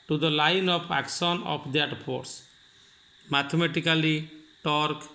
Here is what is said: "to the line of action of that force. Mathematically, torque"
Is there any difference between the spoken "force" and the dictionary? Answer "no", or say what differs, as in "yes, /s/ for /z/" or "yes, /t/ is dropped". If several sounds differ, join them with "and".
yes, /p/ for /f/